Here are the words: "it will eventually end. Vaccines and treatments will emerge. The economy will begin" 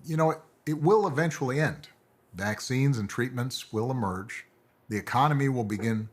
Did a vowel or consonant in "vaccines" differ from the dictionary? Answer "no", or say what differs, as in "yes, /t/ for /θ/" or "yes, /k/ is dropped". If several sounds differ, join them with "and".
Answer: no